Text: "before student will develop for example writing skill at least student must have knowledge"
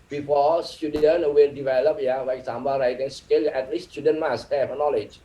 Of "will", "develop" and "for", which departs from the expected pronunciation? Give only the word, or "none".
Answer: for